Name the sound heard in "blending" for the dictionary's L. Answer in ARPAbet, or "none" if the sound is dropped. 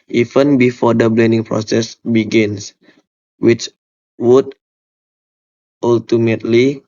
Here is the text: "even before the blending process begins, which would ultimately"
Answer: L